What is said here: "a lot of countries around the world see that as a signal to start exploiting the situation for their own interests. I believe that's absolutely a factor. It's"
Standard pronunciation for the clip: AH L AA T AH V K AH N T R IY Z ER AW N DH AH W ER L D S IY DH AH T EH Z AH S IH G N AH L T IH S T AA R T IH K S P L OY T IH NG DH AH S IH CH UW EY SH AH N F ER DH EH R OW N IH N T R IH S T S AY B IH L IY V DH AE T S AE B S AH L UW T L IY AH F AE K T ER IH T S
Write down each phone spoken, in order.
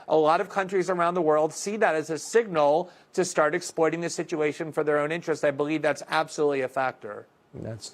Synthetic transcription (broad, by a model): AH L AA T AH V K AH N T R IY Z ER AW N DH AH W ER L D S IY DH AH T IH Z AH S IH G N L T IH S T AA R T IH K S P L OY T IH NG DH AH S IH CH UW EY SH AH N F ER DH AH R OW N IH N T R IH S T AY B IH L IY V DH AE T S AE B S AH L UW T L IY AH F AE K T ER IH T S